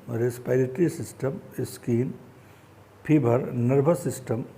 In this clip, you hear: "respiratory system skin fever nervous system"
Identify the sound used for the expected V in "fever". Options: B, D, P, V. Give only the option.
B